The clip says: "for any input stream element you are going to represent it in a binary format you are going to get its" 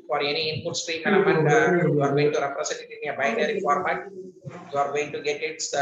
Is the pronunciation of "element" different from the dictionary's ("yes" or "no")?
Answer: yes